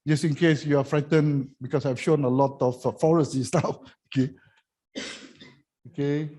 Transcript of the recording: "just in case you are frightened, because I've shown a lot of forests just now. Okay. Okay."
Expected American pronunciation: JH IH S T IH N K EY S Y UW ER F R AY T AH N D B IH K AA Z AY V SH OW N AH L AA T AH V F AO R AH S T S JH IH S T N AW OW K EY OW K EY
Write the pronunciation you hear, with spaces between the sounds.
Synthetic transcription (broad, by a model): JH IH S IH N K EY S Y UW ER F R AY T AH N B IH K AA S AY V SH OW N AH L AA T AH F F AO R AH S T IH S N AW OW K EY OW K EY